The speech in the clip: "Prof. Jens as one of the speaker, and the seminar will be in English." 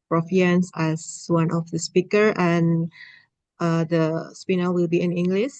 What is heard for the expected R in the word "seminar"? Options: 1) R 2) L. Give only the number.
2